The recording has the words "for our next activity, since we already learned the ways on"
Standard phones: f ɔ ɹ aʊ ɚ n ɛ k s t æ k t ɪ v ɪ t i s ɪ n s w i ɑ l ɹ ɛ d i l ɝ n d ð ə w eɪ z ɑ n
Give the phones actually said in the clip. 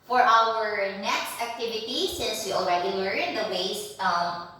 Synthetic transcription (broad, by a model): f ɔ ɹ aʊ ɚ n ɛ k s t æ k t ɪ v ɪ t i s ɪ n s w i ɑ l ɹ ɛ d i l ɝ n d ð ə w eɪ s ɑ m